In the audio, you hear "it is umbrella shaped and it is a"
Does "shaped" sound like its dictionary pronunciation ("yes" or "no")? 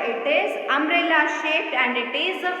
no